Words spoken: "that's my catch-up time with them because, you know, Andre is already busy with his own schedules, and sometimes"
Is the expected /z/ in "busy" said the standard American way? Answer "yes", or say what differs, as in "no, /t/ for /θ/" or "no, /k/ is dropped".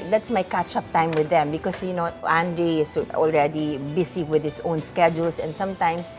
no, /s/ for /z/